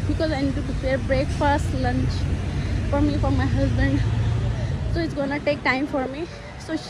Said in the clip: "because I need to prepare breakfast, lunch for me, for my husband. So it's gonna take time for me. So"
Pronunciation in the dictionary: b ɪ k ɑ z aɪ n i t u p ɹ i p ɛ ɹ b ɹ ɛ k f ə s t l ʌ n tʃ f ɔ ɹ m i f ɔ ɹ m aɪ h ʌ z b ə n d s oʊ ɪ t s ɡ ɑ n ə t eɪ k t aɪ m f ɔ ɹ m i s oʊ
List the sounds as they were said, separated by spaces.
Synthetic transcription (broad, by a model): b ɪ k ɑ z aɪ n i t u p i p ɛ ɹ b ɹ ɛ k f ə s t l ʌ n tʃ f ɔ ɹ m i f ɔ ɹ m aɪ h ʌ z b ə n d s oʊ ɪ t s ɡ ɑ n ə t eɪ k t aɪ m f ɔ ɹ m i s oʊ